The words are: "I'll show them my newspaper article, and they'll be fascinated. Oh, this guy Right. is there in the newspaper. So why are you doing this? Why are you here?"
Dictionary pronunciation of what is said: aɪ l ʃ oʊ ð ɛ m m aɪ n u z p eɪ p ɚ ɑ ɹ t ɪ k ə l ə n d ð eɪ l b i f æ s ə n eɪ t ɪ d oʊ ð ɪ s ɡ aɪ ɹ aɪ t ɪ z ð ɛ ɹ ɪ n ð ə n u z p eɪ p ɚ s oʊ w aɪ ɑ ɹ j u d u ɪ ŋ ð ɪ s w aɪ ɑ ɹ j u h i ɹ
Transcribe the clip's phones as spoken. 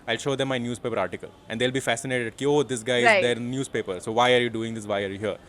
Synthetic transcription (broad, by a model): aɪ l ʃ oʊ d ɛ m m aɪ n u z p eɪ p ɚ ɑ ɹ t ɪ k ə l ə n d eɪ l b i f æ s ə n eɪ t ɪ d oʊ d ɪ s ɡ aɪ aɪ ɪ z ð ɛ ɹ n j u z p eɪ p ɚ s oʊ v aɪ ɑ ɹ j u d u ɪ ŋ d ɪ s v aɪ ɑ ɹ j u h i ɹ